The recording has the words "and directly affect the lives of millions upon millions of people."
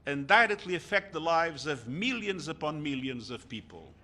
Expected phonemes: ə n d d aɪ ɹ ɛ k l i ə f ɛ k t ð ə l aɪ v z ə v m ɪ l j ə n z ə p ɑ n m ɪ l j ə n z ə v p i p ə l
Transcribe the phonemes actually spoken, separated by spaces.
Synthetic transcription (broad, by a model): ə n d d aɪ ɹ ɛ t l i ə f ɛ k t ð ə l aɪ v z ə v m ɪ l j ə n z ə p ɑ n m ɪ l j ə n z ə v p i p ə l